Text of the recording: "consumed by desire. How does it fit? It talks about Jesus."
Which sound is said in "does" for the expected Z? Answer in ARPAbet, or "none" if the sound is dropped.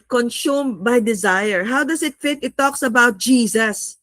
S